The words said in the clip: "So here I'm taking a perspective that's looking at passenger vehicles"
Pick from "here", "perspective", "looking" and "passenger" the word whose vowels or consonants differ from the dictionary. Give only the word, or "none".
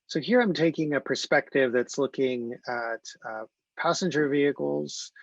none